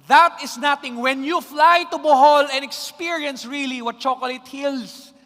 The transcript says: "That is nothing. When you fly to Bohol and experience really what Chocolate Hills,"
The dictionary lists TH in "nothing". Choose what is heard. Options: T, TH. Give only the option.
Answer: T